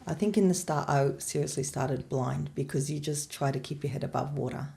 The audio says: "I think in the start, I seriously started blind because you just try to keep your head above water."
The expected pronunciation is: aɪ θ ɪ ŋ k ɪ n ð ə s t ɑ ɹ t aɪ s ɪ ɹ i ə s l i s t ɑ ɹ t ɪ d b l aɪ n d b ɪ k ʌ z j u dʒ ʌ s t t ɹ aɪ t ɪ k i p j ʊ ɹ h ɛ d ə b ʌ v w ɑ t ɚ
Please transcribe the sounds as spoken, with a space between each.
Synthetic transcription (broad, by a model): aɪ θ ɪ ŋ k ɪ n ð ə s t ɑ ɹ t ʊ s ɪ ɹ i ə s l i s t ɑ ɹ t ɪ d b l aɪ n d b ɪ k ʌ z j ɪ dʒ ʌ s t t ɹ aɪ t ɪ k i p j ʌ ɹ h ɛ d ə b ʌ v w ɑ t ɚ